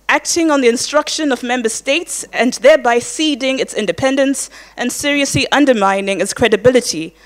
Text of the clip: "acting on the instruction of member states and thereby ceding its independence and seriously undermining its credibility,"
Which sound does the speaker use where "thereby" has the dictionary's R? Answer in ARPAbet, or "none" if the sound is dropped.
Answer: R